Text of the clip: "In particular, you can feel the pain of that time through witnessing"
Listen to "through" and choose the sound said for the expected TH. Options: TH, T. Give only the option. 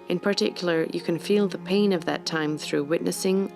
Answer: TH